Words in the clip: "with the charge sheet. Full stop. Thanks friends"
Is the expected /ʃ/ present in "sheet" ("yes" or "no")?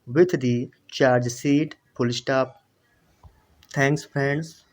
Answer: no